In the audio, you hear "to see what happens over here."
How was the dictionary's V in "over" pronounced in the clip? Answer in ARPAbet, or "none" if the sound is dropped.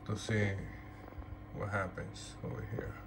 none